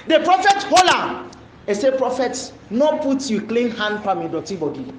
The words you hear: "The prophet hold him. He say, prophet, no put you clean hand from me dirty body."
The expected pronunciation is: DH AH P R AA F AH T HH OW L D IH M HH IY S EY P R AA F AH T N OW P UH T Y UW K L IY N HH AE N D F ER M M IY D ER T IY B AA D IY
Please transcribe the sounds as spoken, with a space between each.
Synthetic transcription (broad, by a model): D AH P R AA F AH T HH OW L IH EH S EY P R AA F AH T N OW P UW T Y UW K L IY N HH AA N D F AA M M IY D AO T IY B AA D IY